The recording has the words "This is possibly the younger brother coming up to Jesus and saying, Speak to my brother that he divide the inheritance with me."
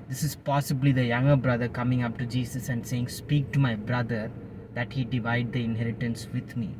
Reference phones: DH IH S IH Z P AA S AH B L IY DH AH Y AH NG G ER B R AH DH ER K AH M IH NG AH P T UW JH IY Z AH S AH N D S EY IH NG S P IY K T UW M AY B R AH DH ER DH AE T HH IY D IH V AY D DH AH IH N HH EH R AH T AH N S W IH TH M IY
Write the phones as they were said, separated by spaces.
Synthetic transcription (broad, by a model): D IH S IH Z P AA S AH B L IY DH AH Y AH NG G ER B R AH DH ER K AH M IH NG AH P T UW JH IY S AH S AH N D S EY IH NG S P IY K T UW M AY B R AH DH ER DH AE T HH IY D IH V AY D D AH IH N HH EH R AH T AH N S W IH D M IY